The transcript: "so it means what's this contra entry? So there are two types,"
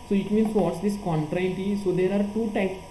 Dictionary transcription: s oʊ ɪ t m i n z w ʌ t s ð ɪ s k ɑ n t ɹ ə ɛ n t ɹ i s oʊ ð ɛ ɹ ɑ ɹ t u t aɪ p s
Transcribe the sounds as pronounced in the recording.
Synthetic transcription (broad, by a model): s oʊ ɪ t m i n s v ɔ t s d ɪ s k ɑ n t ɹ ə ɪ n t i s oʊ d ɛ ɹ ɑ ɹ t u t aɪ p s